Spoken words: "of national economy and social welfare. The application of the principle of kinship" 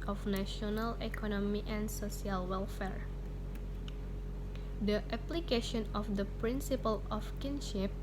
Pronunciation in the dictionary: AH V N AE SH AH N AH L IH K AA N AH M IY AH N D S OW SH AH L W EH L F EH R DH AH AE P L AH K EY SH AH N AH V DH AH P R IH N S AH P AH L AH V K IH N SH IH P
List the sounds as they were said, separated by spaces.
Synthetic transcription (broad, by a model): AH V N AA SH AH N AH L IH K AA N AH M IY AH N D S OW S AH L W EH L F EH R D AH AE P L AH K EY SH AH N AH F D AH P R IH N S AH P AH L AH F K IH N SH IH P